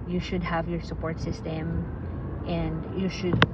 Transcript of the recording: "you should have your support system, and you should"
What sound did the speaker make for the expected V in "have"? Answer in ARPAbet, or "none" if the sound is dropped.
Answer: V